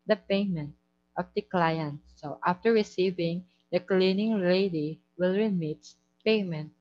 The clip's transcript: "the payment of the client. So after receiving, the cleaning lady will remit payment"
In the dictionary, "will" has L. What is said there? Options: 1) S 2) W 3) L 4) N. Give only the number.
3